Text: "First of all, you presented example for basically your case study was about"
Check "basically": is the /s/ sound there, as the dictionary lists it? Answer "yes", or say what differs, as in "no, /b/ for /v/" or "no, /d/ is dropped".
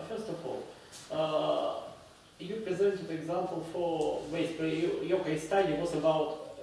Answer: no, /s/ is dropped